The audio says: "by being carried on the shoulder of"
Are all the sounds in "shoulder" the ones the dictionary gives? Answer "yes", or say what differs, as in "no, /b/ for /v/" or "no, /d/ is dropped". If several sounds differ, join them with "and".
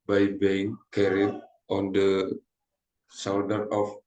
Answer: no, /s/ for /ʃ/ and /w/ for /l/